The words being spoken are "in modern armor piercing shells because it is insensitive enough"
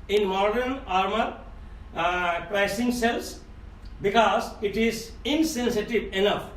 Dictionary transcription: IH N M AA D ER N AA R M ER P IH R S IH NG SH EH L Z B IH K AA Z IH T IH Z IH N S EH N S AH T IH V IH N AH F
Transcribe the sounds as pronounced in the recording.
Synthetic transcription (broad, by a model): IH N M AA D ER N AA R M ER P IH S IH NG S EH L S B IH K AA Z IH T IH Z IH N S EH N S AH T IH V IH N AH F